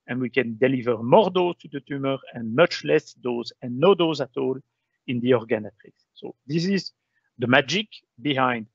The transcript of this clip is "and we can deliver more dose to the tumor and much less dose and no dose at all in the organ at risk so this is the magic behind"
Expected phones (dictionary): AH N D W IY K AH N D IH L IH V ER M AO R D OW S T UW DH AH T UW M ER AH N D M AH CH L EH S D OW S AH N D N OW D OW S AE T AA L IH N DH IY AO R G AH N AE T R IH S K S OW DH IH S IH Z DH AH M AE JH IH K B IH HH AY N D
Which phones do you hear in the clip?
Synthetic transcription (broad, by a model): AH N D W IY K AH N D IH L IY V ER M AO R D OW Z T UW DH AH T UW M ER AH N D M AH CH L EH S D OW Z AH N N OW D OW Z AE T AA L IH N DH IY AO R G AH N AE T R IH K S OW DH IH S IH Z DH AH M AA JH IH K B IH HH AY N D